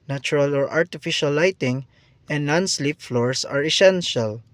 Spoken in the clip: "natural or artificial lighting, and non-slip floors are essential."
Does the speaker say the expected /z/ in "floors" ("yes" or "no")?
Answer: no